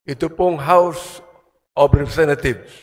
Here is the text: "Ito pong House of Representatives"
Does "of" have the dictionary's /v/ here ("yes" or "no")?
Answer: no